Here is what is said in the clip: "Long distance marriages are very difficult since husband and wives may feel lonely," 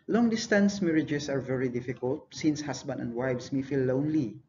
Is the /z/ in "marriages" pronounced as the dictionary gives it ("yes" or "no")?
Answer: no